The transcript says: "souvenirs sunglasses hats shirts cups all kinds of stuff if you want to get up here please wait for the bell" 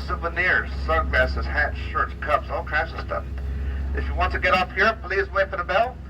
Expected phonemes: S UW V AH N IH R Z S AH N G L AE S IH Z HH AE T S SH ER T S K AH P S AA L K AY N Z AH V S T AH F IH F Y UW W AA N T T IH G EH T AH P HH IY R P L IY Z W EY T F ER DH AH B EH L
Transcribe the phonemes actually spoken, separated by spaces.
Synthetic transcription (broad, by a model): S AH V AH N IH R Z S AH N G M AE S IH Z HH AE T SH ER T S K AH P S AA L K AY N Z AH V S T AH F IH F Y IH W AA N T T IH G EH T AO F HH IY R P L IY Z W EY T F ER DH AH B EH L